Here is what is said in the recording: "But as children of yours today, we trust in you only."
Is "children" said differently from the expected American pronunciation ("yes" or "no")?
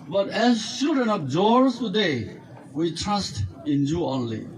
yes